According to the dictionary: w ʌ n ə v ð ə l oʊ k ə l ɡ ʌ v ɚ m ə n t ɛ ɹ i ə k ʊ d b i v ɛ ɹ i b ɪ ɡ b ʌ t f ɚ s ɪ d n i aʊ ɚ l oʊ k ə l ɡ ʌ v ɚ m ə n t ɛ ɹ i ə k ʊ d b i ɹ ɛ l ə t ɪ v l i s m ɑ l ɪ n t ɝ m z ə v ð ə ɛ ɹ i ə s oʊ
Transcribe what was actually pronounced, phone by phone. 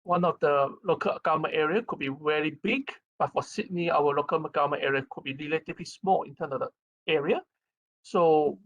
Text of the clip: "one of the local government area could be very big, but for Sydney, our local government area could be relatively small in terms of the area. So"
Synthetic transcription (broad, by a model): w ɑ n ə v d ə l oʊ k ə l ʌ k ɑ m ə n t ɛ ɹ i ə k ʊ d b i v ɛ ɹ i b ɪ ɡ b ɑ t f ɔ s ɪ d n i aʊ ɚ l oʊ k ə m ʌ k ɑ m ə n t ɛ ɹ i ə k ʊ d b i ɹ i l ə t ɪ l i s m ɑ l ɪ n t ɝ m s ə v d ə ɛ ɹ i ə s oʊ